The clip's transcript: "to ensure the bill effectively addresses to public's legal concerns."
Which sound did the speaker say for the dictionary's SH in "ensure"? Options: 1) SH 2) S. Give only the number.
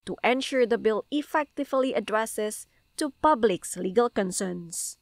1